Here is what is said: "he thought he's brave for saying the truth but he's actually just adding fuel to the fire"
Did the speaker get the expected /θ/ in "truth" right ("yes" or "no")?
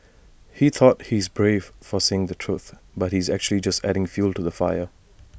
yes